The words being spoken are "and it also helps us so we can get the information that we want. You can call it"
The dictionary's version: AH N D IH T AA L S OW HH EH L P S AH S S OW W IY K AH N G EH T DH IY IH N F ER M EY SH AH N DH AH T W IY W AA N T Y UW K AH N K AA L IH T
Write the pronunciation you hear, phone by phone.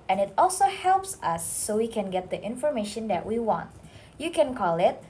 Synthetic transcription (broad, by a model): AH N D IH T AA L S OW HH EH L P S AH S S OW W IY K AH N G EH T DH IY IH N F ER M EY SH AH N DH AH T W IY W AA N T Y UW K AH N K AA L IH T